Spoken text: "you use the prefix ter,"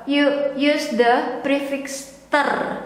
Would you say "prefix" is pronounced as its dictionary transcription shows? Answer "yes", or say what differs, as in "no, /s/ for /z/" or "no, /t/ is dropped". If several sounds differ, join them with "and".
yes